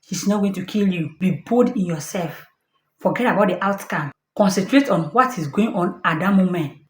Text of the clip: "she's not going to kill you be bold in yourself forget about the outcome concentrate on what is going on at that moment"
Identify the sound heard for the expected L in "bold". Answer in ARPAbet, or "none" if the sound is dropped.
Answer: none